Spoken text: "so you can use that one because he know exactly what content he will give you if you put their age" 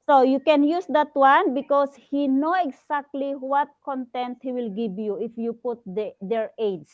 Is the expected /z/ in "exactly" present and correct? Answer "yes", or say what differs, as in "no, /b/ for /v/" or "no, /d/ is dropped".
no, /s/ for /z/